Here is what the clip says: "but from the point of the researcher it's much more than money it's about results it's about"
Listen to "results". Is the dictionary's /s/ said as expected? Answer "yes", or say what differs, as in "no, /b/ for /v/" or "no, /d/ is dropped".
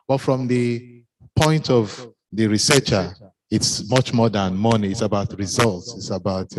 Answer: yes